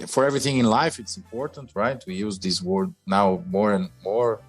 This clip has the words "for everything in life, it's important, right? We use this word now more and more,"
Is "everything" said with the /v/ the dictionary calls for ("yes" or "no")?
yes